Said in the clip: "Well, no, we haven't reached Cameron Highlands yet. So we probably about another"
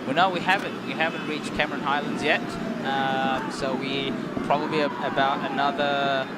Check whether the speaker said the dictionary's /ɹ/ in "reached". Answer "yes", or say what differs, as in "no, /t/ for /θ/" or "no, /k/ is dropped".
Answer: no, /w/ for /ɹ/